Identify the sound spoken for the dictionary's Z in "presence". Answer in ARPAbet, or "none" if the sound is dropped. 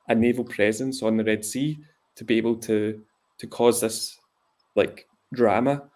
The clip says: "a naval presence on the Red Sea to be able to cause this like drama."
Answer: Z